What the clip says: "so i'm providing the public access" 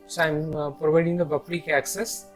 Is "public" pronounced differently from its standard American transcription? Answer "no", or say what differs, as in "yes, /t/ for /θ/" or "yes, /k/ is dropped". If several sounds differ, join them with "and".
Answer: yes, /b/ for /p/